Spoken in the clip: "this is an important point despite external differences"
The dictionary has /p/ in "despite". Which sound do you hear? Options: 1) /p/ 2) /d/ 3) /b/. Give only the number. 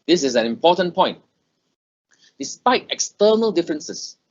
1